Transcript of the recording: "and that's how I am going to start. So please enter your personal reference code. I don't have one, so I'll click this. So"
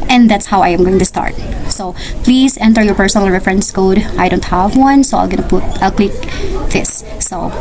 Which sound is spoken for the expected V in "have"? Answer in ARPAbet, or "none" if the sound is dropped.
V